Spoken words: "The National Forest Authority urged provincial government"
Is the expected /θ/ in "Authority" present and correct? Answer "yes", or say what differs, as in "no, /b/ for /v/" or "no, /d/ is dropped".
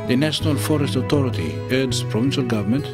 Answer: no, /t/ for /θ/